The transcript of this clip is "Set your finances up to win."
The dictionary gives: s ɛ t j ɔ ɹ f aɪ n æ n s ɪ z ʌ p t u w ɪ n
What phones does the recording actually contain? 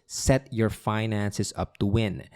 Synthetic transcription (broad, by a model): s ɛ t j ɔ ɹ f aɪ n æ n s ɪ s ʌ p t u w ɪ n